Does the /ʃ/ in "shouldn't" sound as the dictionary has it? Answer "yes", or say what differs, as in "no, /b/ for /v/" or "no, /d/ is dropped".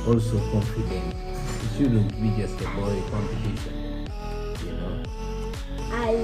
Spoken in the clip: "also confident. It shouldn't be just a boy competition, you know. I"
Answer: no, /s/ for /ʃ/